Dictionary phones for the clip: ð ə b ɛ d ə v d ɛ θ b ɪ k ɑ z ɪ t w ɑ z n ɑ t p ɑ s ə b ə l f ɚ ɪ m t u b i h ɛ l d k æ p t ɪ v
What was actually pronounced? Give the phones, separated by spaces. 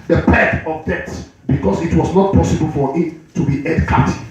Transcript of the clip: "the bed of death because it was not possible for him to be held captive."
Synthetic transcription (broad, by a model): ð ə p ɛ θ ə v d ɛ t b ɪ k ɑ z ɪ t w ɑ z n ɑ t p ɑ s ə b ə l f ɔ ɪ t u b i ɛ d k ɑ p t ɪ